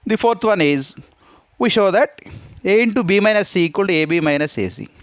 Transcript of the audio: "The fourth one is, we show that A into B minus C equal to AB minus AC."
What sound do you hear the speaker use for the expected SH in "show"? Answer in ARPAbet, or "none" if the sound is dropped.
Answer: SH